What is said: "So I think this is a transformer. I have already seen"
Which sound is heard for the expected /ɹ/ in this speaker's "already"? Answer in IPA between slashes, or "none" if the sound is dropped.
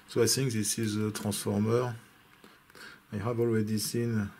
/w/